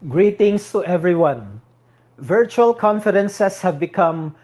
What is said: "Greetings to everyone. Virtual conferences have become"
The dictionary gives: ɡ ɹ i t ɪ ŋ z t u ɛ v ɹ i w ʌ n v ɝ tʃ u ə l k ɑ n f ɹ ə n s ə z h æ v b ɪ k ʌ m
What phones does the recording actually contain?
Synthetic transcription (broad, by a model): ɡ ɹ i t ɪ ŋ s t u ɛ v ɹ i w ʌ n v ɝ tʃ u ə l k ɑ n f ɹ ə n s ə s h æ v b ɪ k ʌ m